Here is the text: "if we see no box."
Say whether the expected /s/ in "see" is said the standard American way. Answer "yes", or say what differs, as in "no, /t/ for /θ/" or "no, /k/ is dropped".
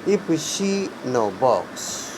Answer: no, /ʃ/ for /s/